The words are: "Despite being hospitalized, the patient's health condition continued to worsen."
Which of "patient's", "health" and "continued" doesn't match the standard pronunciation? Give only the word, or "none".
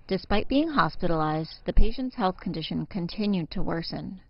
none